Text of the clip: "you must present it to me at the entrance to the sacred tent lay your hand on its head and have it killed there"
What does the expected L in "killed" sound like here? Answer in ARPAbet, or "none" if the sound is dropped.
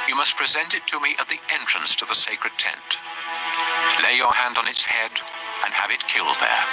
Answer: L